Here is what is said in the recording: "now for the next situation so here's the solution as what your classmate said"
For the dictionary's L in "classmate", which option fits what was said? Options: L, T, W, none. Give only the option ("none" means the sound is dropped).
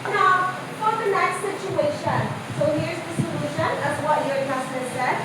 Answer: none